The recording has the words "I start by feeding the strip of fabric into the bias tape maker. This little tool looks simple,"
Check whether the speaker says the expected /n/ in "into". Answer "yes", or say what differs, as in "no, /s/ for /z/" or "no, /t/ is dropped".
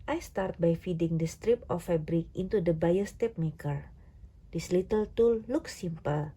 yes